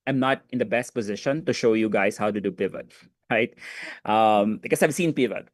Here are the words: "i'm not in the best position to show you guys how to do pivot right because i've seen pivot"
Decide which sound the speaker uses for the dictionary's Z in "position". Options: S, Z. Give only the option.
Z